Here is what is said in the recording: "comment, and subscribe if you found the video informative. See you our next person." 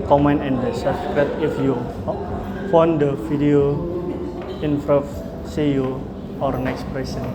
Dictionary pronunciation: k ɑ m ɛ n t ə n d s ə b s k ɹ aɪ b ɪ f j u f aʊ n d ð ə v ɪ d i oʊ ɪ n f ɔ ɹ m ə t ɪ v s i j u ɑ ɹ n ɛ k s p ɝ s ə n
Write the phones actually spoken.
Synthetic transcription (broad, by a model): k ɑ m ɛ n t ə n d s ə s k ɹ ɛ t ɪ f j u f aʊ n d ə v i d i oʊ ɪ n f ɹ ə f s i j u ɑ ɹ n ɛ k s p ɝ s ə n